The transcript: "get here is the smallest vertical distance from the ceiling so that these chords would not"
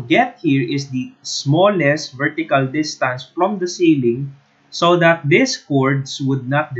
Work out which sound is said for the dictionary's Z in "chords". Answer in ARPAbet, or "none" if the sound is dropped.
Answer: S